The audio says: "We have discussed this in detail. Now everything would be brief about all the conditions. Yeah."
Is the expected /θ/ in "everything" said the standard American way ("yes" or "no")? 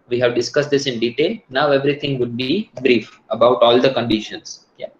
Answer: no